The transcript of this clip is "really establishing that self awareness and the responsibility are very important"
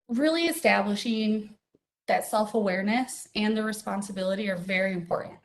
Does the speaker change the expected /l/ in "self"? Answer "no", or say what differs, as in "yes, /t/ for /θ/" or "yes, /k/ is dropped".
no